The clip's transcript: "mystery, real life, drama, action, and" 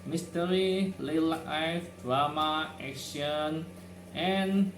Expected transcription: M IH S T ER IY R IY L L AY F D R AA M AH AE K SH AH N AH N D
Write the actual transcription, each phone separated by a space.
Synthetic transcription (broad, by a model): M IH S T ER IY L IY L L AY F D R AA M AH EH K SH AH N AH N